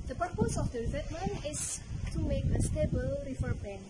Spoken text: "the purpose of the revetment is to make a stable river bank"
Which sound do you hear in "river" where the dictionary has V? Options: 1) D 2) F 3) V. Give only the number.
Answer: 2